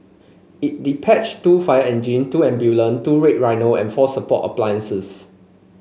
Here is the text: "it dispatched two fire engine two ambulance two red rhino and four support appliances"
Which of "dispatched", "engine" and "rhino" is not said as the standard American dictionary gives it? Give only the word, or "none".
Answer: dispatched